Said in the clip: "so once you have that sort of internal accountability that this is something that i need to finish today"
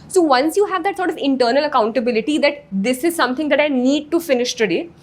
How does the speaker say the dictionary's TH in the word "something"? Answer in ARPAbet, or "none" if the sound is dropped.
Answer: T